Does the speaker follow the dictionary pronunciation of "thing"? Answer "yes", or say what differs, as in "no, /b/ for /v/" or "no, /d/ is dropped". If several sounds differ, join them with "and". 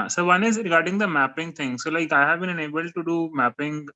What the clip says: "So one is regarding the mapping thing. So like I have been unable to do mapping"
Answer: no, /t/ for /θ/